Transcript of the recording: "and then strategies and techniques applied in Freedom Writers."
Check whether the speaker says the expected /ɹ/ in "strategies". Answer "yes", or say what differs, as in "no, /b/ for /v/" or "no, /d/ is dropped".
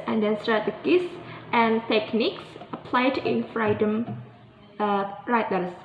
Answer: no, /ɹ/ is dropped